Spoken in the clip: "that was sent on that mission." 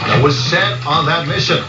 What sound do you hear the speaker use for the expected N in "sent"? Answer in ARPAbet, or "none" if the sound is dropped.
none